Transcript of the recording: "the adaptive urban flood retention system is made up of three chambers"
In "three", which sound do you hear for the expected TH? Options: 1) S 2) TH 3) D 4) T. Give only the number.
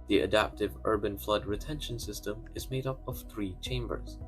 2